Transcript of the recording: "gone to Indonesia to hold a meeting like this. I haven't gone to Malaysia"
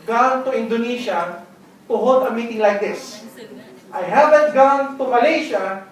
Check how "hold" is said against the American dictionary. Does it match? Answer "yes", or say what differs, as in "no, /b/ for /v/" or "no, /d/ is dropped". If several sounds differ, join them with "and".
no, /l/ is dropped